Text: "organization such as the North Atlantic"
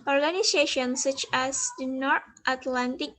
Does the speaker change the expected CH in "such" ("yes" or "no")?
no